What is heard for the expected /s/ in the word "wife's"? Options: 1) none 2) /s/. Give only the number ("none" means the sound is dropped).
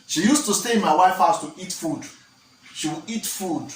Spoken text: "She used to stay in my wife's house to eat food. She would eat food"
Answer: 1